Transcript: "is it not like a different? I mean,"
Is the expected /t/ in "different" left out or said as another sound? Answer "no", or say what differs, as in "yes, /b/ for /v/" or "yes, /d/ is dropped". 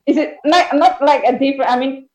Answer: yes, /t/ is dropped